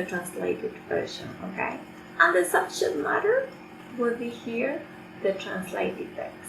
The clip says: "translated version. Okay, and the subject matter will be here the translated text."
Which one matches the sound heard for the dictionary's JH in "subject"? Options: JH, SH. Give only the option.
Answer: SH